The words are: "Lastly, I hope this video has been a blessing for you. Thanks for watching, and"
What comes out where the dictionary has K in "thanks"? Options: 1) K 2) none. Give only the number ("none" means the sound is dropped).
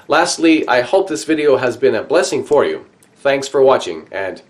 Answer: 1